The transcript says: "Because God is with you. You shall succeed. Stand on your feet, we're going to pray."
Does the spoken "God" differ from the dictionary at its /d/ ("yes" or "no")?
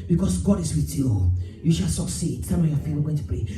no